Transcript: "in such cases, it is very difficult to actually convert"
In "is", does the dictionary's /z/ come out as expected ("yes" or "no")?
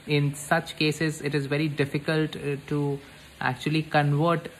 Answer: yes